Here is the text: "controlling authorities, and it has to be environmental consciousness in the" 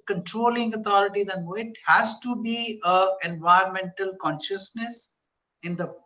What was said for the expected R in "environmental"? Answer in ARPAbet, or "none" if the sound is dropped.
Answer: none